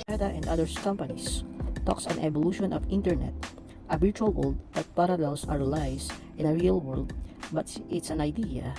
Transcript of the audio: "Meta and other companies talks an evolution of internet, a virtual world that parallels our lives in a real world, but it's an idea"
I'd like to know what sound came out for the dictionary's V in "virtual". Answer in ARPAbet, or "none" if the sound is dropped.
B